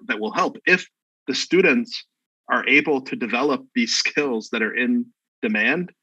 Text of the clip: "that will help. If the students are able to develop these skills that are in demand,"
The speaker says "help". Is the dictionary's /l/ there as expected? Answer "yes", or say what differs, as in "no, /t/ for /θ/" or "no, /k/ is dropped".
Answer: yes